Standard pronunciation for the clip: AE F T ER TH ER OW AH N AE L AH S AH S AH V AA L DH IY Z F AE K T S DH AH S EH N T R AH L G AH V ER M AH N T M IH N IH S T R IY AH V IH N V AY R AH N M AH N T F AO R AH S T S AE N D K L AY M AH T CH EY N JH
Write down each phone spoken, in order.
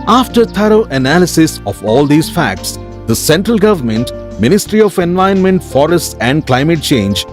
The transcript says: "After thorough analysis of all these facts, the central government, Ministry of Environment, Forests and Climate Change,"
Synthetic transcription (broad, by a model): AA F T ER T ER OW AH N AE L AH S AH S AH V AA L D IY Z F AE K T S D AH S EH N T R AH L G AH V ER M AH N T M IH N IH S T R IY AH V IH N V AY AH N M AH N T F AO R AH S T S AE N D K L AY M AH T CH EY N JH